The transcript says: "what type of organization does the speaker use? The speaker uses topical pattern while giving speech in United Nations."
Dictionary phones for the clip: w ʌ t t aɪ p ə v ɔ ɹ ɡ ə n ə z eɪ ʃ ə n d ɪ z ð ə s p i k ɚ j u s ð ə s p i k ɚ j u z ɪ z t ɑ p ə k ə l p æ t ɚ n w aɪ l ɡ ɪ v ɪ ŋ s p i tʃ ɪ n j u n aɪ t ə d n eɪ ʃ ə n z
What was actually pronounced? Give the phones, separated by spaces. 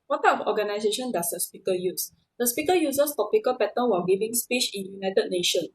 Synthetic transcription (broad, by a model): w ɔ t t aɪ ə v ɔ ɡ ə n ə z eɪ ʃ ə n d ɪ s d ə s p i k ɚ j u s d ə s p i k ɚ j u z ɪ s t ɑ p ə k ə l p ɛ t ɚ n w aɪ ɡ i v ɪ ŋ s p i tʃ ɪ n j u n aɪ t ə d n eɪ ʃ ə n